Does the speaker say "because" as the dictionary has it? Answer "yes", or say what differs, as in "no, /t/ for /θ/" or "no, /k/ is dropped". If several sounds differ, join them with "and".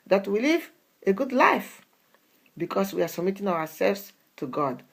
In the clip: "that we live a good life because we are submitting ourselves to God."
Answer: no, /s/ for /z/